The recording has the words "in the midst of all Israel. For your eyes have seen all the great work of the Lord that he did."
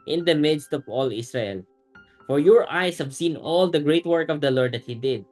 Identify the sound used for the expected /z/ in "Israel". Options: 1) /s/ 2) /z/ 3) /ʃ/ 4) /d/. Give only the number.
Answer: 1